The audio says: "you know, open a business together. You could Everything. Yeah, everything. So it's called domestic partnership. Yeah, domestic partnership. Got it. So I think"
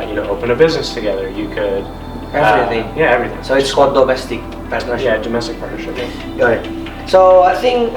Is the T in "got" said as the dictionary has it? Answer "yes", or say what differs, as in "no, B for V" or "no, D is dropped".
no, T is dropped